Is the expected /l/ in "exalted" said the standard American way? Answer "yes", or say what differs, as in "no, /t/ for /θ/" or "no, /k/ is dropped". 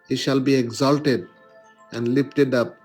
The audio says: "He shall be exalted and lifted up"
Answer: yes